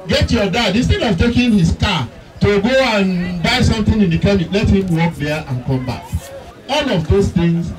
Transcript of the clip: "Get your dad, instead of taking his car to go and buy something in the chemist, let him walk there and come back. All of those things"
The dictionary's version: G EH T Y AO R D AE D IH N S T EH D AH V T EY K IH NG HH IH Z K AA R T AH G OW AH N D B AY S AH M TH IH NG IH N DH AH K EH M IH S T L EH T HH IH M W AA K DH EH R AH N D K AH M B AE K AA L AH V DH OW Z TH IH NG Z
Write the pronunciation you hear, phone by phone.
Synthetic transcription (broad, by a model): G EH T Y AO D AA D IH N S T EH D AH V T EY K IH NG HH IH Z K AA T AH G OW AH N B AY S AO M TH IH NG IH N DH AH K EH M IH T L EH T HH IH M W AA K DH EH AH N K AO M B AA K AA L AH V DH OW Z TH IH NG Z